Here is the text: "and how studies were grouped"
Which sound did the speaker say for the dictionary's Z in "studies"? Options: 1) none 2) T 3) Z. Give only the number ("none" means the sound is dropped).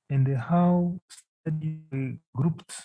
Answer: 1